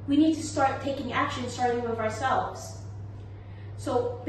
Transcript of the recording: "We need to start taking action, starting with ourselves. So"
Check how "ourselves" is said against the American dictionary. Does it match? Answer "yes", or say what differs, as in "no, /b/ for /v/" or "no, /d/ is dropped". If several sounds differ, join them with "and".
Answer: yes